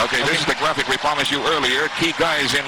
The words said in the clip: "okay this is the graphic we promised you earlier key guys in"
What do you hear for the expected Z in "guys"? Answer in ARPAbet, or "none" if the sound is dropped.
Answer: Z